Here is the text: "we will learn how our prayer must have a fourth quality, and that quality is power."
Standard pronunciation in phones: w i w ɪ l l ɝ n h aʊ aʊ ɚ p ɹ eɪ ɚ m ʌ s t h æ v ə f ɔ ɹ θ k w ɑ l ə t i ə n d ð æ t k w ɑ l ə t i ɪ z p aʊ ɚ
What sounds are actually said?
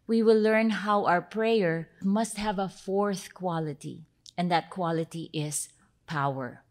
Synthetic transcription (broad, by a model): w i w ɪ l l ɝ n h aʊ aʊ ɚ p ɹ eɪ ɚ m ʌ s t h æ v ə f ɔ ɹ θ k w ɑ l ə t i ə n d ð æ t k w ɑ l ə t i ɪ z p aʊ ɚ